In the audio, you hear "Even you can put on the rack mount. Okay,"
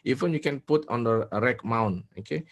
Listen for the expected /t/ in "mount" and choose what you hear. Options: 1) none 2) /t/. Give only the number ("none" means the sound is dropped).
1